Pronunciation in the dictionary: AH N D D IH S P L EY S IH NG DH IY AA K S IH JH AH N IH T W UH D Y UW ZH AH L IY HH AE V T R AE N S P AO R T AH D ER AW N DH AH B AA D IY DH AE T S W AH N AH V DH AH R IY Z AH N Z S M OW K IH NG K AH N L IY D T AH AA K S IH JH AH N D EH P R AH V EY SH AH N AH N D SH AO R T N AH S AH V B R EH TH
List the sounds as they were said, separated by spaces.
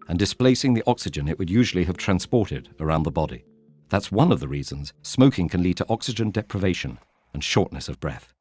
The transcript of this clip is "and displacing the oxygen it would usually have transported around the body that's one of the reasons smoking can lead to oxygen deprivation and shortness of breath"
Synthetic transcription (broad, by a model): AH N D D IH S P L EY S IH NG DH IY AA K S IH JH AH N IH T W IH D Y UW ZH L IY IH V T R AE N S P AO R T AH D ER AW N DH AH B AA D IY DH AE T S W AH N AH V DH AH R IY Z AH N Z S M OW K IH NG K AH N L IY D T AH AA K S IH JH AH N D EH P R AH V EY SH AH N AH N SH AO R T N AH S AH V B R EH TH